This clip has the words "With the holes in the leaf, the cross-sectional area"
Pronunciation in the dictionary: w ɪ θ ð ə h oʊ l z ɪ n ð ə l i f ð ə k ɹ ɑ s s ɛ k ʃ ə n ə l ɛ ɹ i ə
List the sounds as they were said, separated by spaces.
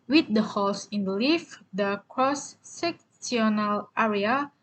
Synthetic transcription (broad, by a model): w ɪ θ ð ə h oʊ l s ɪ n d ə l i f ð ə k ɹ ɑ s s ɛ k s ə n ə l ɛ ɹ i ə